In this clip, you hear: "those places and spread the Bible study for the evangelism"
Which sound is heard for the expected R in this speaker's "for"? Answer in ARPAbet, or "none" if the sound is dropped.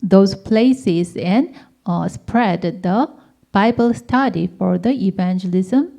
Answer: R